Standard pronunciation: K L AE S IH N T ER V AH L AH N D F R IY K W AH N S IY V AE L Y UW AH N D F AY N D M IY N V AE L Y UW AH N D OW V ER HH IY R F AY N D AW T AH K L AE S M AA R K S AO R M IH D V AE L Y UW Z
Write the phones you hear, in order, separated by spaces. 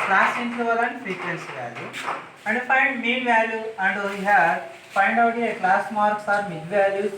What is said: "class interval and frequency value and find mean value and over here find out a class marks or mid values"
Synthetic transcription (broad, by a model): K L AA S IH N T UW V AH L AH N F R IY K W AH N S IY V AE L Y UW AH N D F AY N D M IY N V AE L Y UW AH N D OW IY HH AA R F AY N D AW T AH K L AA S M AA R K S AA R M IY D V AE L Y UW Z